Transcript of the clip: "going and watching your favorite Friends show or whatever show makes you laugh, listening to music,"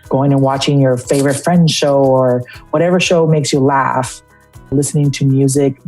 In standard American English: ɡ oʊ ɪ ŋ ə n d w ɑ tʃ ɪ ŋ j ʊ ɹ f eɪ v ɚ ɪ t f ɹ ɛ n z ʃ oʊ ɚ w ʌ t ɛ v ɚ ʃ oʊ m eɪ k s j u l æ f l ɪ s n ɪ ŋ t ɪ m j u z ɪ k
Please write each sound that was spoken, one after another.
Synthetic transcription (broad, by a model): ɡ oʊ ɪ ŋ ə n w ɑ tʃ ɪ ŋ j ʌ ɹ f eɪ v ɚ ɪ t f ɹ ɛ n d ʃ oʊ ɚ w ʌ t ɛ v ɚ ʃ oʊ m eɪ k s j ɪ l æ f l ɪ s n ɪ ŋ t ɪ m j u z ɪ k